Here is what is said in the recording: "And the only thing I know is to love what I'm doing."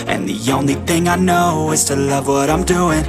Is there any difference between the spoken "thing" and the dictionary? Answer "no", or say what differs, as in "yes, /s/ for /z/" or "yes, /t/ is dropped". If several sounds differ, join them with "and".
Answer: no